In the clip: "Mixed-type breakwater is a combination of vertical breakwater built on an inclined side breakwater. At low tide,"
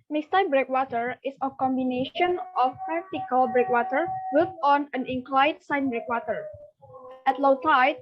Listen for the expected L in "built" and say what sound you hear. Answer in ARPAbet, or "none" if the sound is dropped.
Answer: none